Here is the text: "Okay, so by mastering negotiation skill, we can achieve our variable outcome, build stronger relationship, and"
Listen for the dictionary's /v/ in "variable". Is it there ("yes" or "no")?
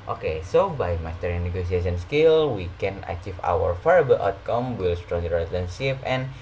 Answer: no